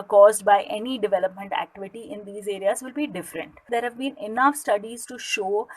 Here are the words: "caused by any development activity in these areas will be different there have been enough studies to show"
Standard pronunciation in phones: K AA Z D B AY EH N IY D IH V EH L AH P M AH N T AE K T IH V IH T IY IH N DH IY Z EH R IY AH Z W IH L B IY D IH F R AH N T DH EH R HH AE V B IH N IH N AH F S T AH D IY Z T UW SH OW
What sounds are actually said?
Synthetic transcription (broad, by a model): K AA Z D B AY EH N IY D IH V EH L AH P M AH N T AE K T IH V IH T IY IH N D IY Z EH R IY AH Z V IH L B IY D IH F R AH N T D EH R HH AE V B IH N IH N AH F S T AH D IY Z T UW SH OW